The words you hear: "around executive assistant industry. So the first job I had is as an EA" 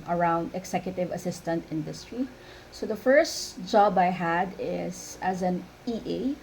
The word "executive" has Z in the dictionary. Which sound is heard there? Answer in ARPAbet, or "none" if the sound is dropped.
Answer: S